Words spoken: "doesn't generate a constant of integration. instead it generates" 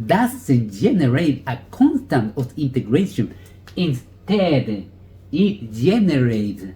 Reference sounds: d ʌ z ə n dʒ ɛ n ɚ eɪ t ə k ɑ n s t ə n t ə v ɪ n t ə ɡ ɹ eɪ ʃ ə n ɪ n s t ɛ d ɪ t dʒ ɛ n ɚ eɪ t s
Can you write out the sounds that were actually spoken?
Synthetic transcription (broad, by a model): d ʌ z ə n dʒ ɛ n ɚ eɪ t ə k ɑ n s t ə n t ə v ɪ n t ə ɡ ɹ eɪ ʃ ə n ɪ n s t ɛ d ɪ t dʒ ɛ n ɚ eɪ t